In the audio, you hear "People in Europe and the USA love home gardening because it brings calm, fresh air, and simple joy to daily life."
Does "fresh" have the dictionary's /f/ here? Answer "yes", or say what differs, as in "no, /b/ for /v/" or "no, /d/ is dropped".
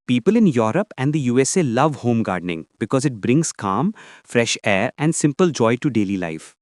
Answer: yes